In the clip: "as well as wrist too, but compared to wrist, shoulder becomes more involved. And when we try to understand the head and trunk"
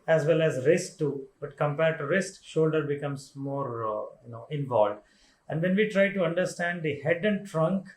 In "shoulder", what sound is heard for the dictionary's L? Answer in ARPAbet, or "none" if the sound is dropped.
L